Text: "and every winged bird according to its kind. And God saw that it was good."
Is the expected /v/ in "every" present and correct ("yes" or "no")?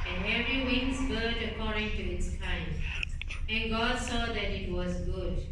no